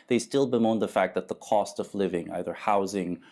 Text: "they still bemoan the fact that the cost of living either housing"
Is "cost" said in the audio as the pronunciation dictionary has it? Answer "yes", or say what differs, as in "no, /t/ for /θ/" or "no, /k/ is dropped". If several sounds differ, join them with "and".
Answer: yes